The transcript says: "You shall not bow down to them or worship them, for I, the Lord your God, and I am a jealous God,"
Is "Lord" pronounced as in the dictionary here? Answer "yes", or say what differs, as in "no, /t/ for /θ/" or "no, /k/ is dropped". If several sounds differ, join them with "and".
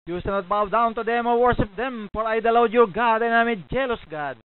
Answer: no, /w/ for /ɹ/